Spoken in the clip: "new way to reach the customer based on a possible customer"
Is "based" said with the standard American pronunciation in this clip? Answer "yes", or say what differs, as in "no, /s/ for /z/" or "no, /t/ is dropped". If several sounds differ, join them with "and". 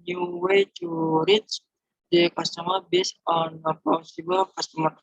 no, /t/ is dropped